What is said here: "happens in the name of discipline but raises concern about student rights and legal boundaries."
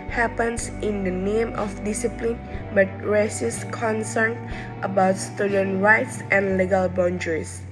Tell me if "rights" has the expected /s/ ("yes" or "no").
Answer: yes